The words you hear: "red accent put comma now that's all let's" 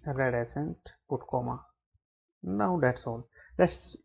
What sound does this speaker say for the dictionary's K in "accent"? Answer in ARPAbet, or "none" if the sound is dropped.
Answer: none